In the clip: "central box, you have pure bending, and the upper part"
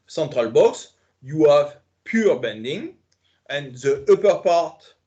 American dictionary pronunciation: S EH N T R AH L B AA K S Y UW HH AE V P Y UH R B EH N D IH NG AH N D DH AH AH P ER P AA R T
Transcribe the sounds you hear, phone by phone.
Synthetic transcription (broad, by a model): S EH N T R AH L B AA K S Y UW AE V P Y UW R B EH N D IH NG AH N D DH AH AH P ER P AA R T